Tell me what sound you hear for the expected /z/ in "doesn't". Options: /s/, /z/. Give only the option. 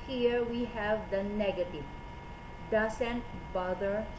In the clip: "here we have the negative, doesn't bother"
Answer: /s/